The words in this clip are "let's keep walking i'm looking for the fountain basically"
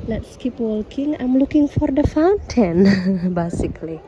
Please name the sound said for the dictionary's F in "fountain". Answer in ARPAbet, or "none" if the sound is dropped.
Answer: F